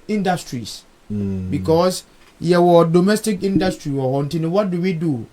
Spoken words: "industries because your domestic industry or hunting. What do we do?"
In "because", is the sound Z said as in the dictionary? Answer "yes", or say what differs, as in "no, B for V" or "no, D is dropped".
no, S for Z